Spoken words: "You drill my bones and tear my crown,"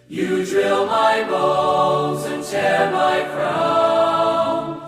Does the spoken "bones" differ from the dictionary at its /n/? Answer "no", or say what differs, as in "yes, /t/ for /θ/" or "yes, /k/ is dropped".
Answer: yes, /l/ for /n/